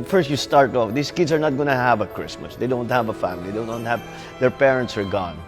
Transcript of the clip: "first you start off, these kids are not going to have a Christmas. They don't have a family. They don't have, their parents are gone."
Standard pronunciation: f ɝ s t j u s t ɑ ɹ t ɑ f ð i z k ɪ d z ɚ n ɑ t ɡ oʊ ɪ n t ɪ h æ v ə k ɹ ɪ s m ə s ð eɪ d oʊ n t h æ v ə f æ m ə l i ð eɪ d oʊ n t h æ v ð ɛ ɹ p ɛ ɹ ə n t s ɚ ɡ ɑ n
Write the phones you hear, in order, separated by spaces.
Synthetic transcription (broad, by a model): f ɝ s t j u s t ɑ ɹ t ɑ f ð i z k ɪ d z ɚ n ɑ t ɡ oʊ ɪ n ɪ h æ v ə k ɹ ɪ s m ə s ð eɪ d oʊ n t h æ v ə f æ m ə l i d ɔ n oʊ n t h æ v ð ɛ ɹ p ɛ ɹ ə n t s ɚ ɡ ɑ n